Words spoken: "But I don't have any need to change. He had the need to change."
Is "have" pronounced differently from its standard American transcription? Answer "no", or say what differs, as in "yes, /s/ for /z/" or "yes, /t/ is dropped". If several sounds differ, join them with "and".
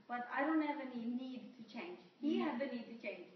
yes, /p/ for /v/